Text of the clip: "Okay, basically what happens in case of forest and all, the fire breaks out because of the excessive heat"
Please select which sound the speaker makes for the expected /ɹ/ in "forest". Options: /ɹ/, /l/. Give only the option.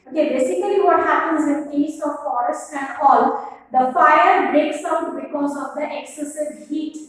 /ɹ/